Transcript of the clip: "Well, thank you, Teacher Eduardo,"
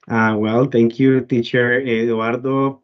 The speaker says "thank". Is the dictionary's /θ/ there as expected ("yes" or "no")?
no